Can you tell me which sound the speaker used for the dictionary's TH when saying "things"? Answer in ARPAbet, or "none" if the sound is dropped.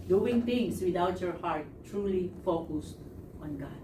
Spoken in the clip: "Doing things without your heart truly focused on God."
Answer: T